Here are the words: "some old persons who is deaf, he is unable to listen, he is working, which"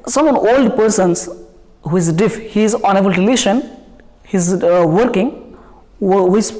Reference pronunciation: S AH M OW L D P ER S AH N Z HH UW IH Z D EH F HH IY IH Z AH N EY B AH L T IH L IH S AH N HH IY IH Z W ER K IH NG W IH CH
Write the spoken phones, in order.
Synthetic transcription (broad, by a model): S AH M OW L D P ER S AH N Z HH UW IH Z D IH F HH IY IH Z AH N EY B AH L T IH L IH SH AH N HH IY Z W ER K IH NG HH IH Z